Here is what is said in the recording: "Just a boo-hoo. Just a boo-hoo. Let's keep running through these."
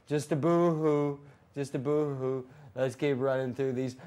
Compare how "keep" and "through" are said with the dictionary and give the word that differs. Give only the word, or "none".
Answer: none